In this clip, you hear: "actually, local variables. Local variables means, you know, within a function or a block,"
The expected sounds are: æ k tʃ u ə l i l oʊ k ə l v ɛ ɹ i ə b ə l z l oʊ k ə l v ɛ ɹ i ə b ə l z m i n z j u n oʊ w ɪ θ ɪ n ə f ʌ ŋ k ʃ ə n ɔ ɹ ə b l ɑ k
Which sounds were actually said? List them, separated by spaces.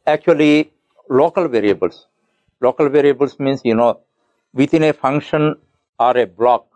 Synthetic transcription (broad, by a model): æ k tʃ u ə l i l oʊ k ə l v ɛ ɹ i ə b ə l s l oʊ k ə l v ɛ ɹ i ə b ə l s m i n s j u n oʊ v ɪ t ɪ n ə f ʌ ŋ k ʃ ə n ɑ ɹ ə b l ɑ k